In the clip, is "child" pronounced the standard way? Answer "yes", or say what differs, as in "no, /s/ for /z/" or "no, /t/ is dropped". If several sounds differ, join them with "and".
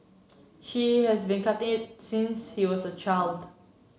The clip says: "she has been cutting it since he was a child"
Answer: yes